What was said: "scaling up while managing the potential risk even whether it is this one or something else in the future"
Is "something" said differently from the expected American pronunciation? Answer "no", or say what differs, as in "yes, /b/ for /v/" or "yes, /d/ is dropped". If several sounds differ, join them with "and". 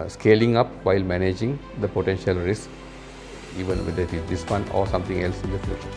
yes, /t/ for /θ/